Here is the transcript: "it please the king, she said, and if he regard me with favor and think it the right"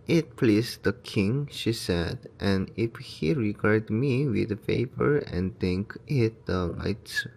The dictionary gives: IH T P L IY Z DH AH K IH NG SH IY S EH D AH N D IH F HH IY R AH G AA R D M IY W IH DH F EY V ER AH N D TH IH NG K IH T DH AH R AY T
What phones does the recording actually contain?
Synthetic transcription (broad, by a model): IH T P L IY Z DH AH K IH NG SH IY S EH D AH N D IH F HH IY R AH G AA R D M IY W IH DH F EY P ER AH N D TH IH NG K IH T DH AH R AY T